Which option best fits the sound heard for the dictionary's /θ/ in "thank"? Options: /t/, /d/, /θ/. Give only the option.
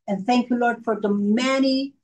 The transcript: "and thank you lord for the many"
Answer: /θ/